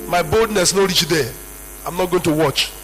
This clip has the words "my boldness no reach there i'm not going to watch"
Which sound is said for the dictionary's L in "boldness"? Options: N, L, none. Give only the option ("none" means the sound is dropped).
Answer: L